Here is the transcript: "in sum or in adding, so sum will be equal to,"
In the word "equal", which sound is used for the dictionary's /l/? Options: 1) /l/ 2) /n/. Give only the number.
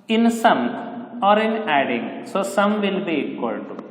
2